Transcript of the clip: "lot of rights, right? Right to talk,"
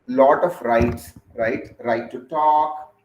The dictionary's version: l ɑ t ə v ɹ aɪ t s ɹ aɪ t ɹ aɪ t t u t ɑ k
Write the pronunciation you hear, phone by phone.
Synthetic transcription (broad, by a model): l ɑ t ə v ɹ aɪ t s ɹ aɪ t ɹ aɪ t t u t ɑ k